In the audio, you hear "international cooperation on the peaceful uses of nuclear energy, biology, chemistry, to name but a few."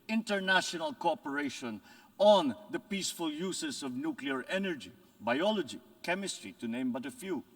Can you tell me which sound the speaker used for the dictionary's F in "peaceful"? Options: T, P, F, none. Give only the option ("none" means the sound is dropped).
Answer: F